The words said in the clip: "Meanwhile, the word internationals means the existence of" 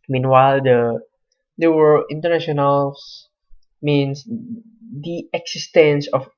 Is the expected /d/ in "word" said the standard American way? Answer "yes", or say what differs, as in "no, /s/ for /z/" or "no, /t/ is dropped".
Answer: no, /d/ is dropped